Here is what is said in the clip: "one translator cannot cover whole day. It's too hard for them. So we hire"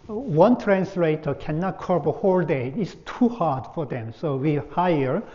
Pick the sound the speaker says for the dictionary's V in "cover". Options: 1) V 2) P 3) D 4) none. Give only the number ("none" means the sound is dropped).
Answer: 2